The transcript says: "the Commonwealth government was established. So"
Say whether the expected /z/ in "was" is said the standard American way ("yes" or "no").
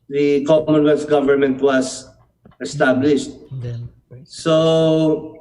no